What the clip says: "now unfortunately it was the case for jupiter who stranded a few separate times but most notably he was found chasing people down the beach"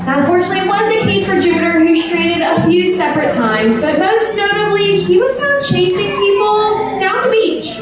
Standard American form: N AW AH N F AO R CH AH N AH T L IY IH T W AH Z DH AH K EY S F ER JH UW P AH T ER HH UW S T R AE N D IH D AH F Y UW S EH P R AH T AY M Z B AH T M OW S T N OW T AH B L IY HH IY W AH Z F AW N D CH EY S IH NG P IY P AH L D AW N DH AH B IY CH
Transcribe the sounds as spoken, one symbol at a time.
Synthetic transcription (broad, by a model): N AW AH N F AO R CH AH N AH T L IY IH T W AH Z DH AH K EY S F ER JH UW P AH T ER HH UW S T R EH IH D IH D AH F Y UW S EH P R AH T AY M Z B AH T M OW S T N OW T AH B L IY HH IY W AH Z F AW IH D CH EY S IH NG P IY P L D AW N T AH B IY CH